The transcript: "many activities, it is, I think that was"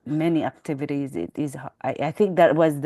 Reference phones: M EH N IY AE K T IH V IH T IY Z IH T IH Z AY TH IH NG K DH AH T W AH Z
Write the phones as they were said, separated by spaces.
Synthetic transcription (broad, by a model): M EH N IY AE K T IH V IH T IY Z IH T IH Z AY TH IH NG K DH AH T W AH Z